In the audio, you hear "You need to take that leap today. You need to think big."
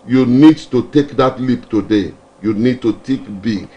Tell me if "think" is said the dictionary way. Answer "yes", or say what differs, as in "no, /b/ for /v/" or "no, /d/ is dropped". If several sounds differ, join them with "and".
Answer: no, /t/ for /θ/ and /ŋ/ is dropped